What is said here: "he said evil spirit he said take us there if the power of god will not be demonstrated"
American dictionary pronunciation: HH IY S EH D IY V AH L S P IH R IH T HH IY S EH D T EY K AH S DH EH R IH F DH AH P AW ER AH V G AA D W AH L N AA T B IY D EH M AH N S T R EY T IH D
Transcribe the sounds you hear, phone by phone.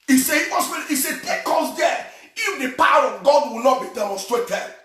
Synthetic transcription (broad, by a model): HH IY S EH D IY W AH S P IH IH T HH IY S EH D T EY K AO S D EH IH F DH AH P AW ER AH V G AA D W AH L N AA T B IY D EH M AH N S T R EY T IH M